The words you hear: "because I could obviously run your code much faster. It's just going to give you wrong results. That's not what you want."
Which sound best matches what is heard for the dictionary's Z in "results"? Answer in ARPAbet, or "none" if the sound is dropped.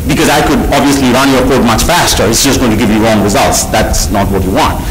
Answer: Z